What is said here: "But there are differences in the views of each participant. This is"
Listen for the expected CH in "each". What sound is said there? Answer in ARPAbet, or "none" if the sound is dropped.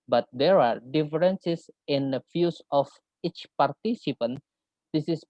CH